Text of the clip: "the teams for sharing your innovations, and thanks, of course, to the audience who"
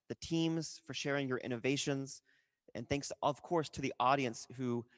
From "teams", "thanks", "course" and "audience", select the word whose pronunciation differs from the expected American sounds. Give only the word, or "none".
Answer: none